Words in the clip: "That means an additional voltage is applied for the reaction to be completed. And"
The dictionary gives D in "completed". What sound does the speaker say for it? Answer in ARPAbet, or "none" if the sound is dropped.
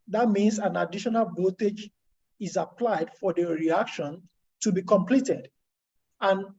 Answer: D